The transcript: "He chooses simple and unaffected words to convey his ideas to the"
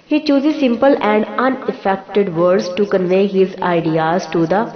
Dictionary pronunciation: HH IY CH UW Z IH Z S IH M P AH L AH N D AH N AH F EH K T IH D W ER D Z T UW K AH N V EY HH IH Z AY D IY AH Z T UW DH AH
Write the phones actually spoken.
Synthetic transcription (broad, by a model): HH IY CH UW Z IH Z S IH M P AH L AH N D AH N AH F EH K T IH D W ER D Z T UW K AH N V EY HH IH Z AY D IY AH Z T UW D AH